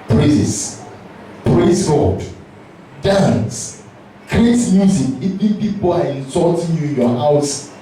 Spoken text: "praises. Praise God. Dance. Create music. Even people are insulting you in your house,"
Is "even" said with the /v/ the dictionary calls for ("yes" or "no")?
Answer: no